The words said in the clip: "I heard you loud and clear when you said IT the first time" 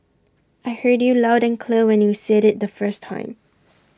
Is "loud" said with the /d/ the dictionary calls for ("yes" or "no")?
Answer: yes